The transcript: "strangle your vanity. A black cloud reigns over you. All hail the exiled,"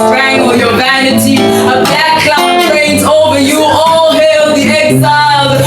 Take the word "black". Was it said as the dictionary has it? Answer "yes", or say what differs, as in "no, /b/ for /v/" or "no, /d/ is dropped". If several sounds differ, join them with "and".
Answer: no, /l/ is dropped